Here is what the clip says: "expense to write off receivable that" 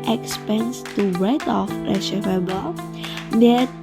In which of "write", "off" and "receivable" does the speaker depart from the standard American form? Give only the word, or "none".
receivable